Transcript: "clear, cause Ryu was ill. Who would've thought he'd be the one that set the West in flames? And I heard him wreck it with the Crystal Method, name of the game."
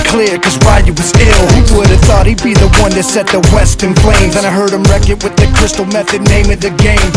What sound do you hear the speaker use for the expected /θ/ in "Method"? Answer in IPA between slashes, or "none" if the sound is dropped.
/θ/